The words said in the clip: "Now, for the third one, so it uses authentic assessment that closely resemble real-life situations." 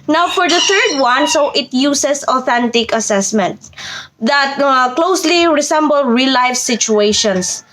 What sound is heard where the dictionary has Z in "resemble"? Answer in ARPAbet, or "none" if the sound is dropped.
S